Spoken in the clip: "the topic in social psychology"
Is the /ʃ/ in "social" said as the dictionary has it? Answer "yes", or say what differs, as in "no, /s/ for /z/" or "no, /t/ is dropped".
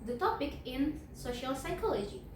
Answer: yes